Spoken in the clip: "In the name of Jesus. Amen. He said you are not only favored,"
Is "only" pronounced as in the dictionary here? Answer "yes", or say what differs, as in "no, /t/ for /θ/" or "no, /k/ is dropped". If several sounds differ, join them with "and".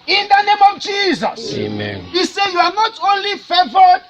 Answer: yes